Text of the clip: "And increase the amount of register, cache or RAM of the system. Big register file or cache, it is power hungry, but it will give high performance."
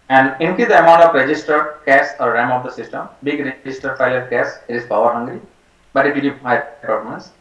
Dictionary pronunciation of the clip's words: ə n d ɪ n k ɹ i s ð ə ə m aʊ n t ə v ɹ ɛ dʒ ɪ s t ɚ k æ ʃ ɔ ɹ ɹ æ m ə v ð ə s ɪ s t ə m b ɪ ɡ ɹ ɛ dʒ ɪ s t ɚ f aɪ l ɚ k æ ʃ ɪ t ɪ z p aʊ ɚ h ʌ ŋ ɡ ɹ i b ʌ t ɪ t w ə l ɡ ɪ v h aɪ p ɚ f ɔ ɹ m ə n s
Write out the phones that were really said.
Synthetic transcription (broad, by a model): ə n d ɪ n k i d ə ə m aʊ n t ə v ɹ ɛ dʒ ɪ s t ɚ k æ s ɔ ɹ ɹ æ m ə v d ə s ɪ s t ə m b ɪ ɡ ɹ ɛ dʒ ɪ s t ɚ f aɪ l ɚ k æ s ɪ t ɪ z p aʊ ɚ h ʌ ŋ ɡ ɹ i b ʌ t ɪ t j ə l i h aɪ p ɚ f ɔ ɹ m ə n s